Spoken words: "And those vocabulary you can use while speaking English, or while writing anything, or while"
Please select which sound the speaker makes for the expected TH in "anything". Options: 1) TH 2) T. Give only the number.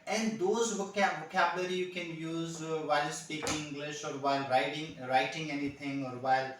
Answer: 2